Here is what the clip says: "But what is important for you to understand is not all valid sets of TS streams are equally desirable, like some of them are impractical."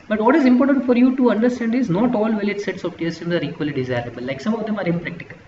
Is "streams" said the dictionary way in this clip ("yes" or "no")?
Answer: no